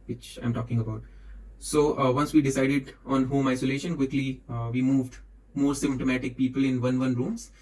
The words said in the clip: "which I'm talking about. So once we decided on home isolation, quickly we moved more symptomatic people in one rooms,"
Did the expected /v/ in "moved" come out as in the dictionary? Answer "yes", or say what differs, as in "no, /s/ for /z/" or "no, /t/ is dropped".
yes